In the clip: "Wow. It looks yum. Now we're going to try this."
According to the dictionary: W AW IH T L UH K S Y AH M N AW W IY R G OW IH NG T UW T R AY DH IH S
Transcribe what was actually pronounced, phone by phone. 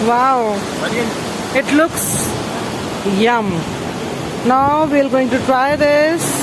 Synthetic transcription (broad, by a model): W AW IH T L UH K S Y AH M N AW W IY L G OW IH NG T UW T R AY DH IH S